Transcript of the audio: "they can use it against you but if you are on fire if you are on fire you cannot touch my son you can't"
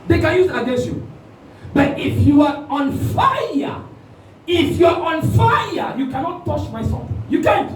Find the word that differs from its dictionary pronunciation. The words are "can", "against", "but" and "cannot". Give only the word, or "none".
against